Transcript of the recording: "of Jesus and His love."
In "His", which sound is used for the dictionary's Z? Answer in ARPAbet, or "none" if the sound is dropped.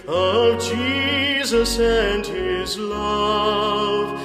Z